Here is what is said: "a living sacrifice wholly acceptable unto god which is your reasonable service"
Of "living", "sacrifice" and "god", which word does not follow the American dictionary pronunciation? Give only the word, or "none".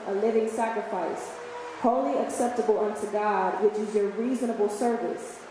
none